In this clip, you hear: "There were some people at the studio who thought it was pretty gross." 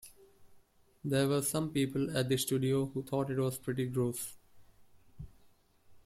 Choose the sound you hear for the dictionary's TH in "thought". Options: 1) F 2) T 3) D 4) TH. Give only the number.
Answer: 2